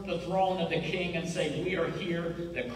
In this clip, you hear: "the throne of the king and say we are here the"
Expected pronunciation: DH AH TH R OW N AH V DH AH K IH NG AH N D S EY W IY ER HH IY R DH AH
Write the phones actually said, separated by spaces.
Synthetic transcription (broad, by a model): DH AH TH R OW N AH V DH AH K IH NG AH N S EY W IY ER HH IY R DH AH